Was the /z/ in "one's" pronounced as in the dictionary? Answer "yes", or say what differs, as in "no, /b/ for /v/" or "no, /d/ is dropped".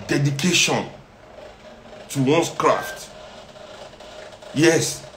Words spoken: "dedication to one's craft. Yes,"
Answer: no, /s/ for /z/